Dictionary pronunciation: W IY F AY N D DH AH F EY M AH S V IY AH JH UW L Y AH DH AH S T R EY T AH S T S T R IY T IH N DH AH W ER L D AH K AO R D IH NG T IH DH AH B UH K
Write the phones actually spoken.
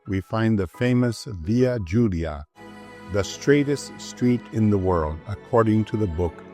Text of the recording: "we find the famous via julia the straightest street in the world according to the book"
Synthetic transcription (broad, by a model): W IY F AY N DH AH F EY M AH S V IY AH JH UW L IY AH DH AH S T R EY T AH S T S T R IY T IH N DH AH W ER L D AH K AO R D IH NG T IH DH AH B UH K